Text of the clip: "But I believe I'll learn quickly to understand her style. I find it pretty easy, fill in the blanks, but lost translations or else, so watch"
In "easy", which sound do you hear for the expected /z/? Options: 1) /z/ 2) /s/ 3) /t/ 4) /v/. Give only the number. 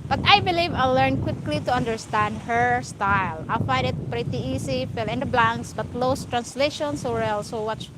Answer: 2